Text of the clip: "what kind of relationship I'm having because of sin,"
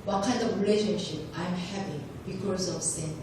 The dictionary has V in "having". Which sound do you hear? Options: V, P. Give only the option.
P